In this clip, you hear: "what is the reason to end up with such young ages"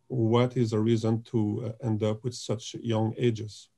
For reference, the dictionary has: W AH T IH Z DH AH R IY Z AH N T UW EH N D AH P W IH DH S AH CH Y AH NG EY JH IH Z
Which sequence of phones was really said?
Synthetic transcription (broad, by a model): W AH T IH Z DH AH R IY Z AH N T UW EH N D AH P W IH DH S AH CH Y AH NG EY JH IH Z